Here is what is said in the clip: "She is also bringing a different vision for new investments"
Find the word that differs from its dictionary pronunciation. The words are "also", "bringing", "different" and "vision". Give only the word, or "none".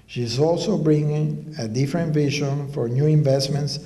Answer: none